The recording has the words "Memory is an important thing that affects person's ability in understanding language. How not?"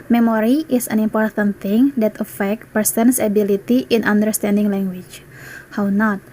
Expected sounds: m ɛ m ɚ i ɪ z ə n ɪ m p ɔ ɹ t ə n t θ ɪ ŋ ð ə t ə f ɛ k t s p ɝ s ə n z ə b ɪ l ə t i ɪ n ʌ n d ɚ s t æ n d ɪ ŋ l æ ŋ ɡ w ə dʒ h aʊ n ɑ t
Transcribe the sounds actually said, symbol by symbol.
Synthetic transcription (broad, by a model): m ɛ m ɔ i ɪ s ə n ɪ m p ɔ ɹ t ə n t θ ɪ ŋ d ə t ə f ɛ k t p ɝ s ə n s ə b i l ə t i ɪ n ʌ n d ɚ s t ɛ n d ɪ ŋ l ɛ ŋ ɡ w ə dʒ h aʊ n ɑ t